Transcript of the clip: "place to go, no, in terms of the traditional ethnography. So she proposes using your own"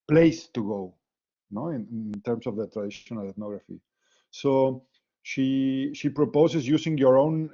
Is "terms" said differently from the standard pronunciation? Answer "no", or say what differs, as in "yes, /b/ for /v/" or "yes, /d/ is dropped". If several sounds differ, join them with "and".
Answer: yes, /s/ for /z/